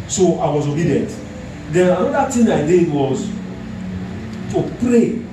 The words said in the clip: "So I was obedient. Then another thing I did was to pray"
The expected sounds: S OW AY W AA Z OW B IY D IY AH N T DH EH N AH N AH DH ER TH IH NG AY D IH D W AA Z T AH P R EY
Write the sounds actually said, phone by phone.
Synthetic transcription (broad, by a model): S OW AY W AA Z OW B IY D IY AH N T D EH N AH N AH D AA T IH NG AY D IH D W AA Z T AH P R EY